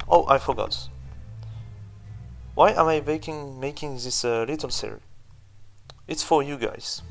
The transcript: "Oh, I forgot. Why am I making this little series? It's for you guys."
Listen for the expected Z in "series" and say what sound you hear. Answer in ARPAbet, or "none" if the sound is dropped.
none